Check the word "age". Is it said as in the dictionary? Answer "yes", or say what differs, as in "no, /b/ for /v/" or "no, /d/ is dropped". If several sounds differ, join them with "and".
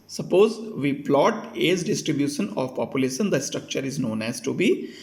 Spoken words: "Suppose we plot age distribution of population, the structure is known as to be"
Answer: no, /z/ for /dʒ/